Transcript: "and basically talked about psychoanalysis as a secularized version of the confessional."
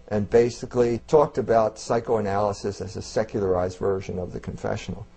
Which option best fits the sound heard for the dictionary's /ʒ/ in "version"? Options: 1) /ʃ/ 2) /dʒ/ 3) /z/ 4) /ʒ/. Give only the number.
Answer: 4